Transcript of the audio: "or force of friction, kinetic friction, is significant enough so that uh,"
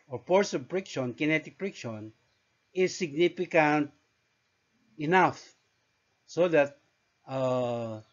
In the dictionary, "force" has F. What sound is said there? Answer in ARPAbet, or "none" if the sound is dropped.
P